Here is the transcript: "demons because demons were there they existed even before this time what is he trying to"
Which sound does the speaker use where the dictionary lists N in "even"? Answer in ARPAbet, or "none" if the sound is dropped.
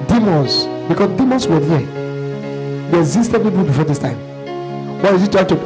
L